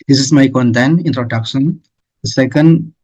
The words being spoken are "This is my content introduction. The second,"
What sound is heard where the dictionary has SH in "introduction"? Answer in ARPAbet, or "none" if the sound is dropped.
S